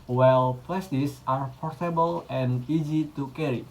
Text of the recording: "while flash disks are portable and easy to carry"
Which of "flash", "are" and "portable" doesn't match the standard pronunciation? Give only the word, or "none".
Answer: flash